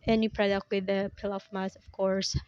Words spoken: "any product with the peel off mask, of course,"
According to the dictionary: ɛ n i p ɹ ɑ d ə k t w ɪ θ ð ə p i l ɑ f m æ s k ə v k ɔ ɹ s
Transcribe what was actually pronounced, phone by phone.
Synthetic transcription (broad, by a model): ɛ n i p ɹ ɑ d ə k t w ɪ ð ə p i l ɑ f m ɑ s ə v k ɔ ɹ s